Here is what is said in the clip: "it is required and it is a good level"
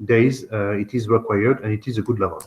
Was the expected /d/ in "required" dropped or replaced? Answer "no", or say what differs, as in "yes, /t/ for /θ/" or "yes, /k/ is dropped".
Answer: no